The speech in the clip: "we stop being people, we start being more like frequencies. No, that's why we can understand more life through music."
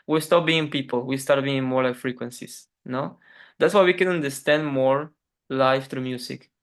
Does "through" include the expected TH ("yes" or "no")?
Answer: no